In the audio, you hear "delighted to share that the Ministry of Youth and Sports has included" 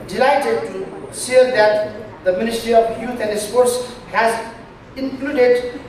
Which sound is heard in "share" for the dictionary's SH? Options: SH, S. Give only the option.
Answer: S